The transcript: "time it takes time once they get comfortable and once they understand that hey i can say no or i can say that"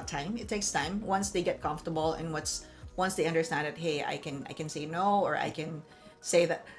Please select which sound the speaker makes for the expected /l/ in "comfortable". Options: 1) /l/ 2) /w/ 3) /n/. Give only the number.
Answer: 3